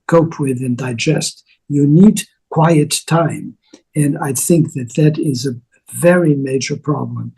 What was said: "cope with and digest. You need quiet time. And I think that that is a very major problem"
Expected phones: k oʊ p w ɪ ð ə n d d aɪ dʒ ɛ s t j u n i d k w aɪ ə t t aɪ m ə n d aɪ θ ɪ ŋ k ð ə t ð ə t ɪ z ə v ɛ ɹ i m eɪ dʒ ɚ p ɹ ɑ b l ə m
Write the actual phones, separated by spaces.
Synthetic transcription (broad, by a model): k oʊ p w ɪ ð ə n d d aɪ dʒ ɛ s t j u n i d k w aɪ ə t t aɪ m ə n aɪ θ ɪ ŋ k ð ə t ð ə t ɪ z ə v ɛ ɹ i m eɪ dʒ ɚ p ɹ ɑ b l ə m